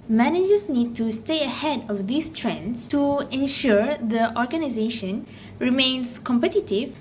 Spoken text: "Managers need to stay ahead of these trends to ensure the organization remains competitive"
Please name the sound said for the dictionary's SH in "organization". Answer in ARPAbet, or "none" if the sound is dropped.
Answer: SH